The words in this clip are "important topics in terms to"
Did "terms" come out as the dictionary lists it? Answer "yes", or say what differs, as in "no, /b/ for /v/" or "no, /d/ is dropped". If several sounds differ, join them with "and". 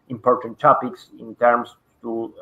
no, /s/ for /z/